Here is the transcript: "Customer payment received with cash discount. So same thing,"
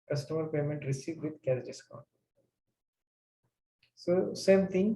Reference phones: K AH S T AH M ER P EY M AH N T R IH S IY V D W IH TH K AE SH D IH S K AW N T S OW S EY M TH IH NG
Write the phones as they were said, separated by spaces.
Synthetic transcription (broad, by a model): K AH S T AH M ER P EY M AH N T R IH S IY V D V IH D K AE S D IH S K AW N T S OW S EY M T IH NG